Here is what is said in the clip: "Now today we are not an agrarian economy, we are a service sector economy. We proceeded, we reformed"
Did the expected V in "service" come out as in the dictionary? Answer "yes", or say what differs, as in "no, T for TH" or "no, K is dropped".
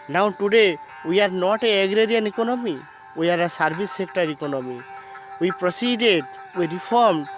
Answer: no, B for V